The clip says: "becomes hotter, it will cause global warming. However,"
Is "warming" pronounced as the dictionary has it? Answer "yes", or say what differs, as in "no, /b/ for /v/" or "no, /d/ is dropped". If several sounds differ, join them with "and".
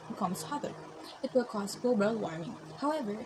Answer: no, /m/ is dropped